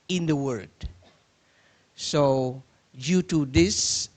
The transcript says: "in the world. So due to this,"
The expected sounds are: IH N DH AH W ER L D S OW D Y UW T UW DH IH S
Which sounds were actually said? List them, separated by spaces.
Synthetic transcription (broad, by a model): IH N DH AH W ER D S OW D Y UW T UW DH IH S